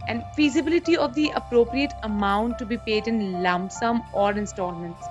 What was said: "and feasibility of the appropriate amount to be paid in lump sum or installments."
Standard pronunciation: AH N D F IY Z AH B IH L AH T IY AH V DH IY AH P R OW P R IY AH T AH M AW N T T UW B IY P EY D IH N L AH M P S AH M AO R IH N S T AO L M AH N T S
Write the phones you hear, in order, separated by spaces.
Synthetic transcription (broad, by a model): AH N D F IY Z AH B IH L AH T IY AH V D IY AH P R OW P R IY AH T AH M AW N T T UW B IY P EY D IH N L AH M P S AH M AO R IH N S T AO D M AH N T S